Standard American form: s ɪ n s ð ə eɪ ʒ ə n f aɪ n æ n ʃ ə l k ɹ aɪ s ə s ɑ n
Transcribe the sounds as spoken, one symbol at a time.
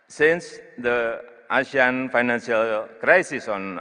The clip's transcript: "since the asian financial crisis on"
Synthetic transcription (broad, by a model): s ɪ n s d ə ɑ ʃ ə n f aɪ n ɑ n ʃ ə l k ɹ aɪ s ə s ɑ n